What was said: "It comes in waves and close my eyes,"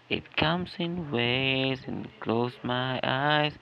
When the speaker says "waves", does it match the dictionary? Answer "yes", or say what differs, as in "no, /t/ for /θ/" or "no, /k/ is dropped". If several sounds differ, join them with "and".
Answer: no, /v/ is dropped